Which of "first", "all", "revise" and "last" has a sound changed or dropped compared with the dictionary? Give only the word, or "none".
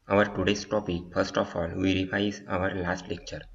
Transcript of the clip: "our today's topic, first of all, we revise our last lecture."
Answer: revise